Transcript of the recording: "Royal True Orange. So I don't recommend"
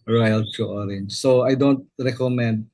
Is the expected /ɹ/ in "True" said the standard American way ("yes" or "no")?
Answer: no